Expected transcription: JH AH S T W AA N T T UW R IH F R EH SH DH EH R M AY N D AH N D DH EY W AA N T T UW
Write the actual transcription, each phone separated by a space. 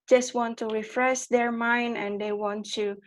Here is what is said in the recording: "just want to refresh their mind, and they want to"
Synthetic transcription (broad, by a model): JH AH S T W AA N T T UW R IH F R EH S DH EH R M AY N D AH N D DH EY W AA N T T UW